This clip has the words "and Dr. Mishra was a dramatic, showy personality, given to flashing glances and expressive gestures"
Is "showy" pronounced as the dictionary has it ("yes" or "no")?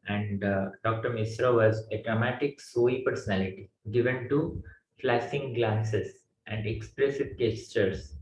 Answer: no